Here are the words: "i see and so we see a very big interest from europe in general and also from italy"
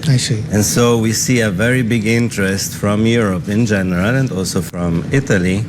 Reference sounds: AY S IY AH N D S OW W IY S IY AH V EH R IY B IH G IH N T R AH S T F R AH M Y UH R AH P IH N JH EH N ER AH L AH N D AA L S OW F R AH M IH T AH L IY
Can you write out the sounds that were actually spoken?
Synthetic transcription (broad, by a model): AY S IY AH N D S OW W IY S IY AH V EH R IY B IH G IH N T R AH S T F R AH M Y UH R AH P IH N JH EH N ER AH L AH N D AA L S OW F R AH M IH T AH L IY